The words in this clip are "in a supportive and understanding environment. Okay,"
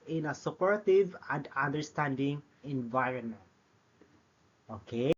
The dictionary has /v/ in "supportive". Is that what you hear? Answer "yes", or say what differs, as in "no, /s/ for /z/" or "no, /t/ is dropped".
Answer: yes